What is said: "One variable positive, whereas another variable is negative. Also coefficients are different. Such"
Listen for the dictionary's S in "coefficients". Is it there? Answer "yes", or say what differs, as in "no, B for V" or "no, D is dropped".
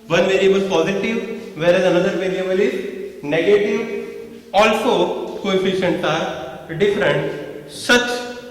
no, S is dropped